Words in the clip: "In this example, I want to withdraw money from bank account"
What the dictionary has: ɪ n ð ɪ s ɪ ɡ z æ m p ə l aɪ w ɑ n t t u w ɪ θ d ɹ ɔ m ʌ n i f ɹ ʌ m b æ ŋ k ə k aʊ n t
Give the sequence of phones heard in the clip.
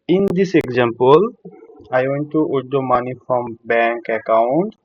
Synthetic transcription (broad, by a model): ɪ n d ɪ s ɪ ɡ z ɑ m p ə l aɪ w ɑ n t t u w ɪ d ɔ m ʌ n i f ɹ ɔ m b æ ŋ k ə k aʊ n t